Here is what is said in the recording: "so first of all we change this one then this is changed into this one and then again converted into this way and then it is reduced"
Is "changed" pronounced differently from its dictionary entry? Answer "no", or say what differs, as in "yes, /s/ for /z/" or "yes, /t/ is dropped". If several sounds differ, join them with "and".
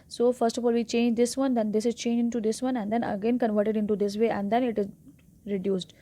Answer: yes, /d/ is dropped